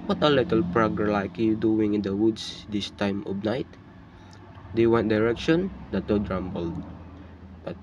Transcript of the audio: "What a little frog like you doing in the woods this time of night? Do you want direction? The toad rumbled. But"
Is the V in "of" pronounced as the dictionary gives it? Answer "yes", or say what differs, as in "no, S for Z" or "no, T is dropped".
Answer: no, B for V